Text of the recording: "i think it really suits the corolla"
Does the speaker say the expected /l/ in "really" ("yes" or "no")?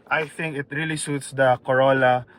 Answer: yes